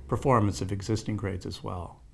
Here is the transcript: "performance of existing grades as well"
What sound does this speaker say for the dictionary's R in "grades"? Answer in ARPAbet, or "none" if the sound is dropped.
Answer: R